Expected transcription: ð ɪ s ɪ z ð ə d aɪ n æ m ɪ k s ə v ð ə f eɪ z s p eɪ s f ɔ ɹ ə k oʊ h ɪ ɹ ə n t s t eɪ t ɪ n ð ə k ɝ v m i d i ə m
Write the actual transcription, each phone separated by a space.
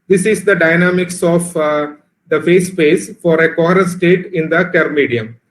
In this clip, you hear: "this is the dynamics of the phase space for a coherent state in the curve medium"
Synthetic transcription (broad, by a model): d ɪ s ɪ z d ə d aɪ n æ m ɪ k s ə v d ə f eɪ s p eɪ s f ɔ ɹ ə k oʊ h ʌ ɹ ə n s t eɪ t ɪ n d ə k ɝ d m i d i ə m